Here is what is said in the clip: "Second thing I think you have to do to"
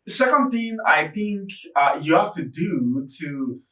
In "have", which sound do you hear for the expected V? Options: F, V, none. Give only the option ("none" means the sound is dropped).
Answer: F